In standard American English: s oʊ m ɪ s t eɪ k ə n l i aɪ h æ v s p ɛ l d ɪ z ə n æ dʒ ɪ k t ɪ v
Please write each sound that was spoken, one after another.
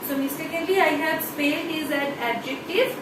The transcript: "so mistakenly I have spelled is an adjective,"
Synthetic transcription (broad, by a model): s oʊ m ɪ s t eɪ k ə l i aɪ h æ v s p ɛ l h ɪ z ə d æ dʒ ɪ k t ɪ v